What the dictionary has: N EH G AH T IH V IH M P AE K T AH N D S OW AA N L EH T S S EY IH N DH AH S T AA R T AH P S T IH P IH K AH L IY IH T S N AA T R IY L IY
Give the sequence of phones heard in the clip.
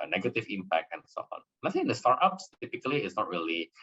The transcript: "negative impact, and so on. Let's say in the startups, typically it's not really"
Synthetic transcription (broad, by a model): N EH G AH T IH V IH M P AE K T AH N S OW AA N N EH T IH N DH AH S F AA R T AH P S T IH P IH K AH L IY IH T S N AA T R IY L IY